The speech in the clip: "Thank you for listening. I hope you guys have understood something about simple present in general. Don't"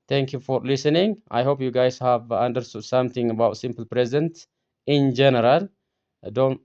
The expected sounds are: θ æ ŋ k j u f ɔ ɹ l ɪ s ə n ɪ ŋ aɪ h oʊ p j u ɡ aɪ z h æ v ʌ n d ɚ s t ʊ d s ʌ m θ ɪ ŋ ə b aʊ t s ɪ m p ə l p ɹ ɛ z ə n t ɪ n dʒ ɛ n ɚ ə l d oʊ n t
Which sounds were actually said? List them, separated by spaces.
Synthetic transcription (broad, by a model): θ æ ŋ k j u f ɔ ɹ l ɪ s ə n ɪ ŋ aɪ h oʊ p j u ɡ aɪ z h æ v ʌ n d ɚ s t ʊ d s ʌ m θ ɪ ŋ ə b aʊ t s ɪ m p ə l p ɹ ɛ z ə n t ɪ n dʒ ɛ n ɚ ə l d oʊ n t